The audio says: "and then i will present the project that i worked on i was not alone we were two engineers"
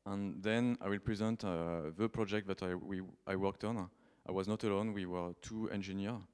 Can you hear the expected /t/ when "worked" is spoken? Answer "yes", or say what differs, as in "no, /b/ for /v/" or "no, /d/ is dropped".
yes